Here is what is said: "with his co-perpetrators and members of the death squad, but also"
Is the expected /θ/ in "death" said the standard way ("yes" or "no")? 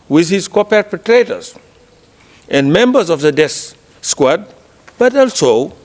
no